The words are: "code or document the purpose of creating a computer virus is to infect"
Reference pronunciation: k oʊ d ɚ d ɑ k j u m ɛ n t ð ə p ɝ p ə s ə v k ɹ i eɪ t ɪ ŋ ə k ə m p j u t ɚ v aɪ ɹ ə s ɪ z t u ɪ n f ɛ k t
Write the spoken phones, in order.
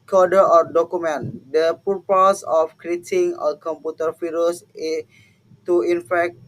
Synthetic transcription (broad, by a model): k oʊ d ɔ d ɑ k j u m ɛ n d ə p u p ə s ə f k ɹ i eɪ t ɪ ŋ ə k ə m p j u t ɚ f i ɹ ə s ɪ t u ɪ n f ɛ k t